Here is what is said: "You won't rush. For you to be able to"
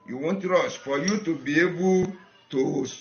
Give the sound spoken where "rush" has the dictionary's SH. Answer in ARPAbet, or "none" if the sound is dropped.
S